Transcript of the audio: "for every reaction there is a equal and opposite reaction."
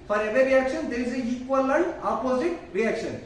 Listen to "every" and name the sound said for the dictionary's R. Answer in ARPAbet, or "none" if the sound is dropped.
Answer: none